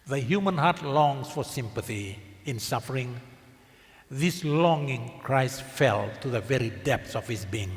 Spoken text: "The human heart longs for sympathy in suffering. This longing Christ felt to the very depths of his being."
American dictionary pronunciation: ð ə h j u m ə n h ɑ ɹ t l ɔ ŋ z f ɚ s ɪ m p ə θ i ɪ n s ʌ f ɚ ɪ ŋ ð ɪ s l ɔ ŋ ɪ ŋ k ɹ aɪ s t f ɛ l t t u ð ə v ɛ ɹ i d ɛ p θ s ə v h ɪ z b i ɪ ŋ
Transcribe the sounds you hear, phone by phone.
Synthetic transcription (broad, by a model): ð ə h j u m ə n h ɑ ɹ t l ɔ ŋ s f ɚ s ɪ m p ə θ i ɪ n s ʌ f ɚ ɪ ŋ ð ɪ s l ɔ ŋ ɪ ŋ k ɹ aɪ s t f ɛ l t t u ð ə v ɛ ɹ i d ɛ p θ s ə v h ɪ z b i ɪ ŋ